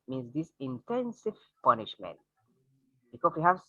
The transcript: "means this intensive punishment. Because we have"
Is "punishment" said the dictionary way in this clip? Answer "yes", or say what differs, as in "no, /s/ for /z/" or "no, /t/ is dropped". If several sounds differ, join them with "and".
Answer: yes